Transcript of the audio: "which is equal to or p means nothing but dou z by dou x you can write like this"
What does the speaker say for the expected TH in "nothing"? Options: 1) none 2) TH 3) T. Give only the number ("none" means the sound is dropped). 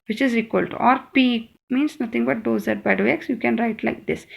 3